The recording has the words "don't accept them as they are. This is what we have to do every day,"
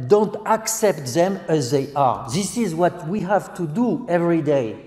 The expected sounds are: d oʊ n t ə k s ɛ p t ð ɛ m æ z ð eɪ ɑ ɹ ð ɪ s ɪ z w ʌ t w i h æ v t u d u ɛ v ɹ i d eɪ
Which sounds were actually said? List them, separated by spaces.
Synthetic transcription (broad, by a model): d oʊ n t ə k s ɛ p t ð ɛ m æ z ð eɪ ɑ ɹ ð ɪ s ɪ z w ʌ t w i h æ v t u d u ɛ v ɹ i d eɪ